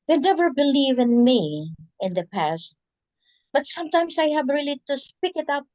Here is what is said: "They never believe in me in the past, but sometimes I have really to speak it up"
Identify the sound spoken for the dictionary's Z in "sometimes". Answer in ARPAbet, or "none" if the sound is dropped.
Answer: S